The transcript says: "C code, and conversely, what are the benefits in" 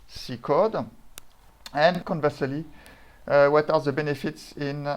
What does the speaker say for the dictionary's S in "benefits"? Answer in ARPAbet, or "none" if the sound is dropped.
S